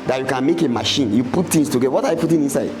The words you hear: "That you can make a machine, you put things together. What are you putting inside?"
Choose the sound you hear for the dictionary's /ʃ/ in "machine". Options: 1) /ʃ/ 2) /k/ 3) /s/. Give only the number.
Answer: 1